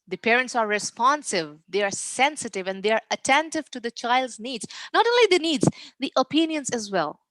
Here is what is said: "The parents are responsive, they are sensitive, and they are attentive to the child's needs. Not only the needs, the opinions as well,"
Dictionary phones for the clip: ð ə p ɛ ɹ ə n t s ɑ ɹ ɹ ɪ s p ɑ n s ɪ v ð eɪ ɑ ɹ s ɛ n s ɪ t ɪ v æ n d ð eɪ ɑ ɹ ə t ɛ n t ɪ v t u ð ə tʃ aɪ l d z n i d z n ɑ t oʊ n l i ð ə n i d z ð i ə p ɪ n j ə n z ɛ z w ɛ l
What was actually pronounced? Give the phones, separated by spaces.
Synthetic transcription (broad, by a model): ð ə p ɛ ɹ ə n t s ɑ ɹ ɹ ɪ s p ɑ n s ɪ v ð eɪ ɑ ɹ s ɛ n s ɪ t ɪ v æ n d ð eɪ ɑ ɹ ə t ɛ n t ɪ v t u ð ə tʃ aɪ l d z n i d z n ɑ t oʊ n l i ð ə n i d z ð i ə p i n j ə n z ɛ z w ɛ l